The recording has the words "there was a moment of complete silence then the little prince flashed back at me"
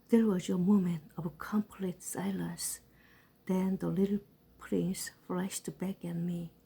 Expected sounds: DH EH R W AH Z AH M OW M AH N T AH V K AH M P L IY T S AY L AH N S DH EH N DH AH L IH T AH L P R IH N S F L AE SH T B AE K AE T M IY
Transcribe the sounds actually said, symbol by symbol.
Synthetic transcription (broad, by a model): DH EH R W AH Z AH M OW M AH N T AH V K AH M P L IY T S AY L AH N S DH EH N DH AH L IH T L P R IH N S F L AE SH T B AE K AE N M IY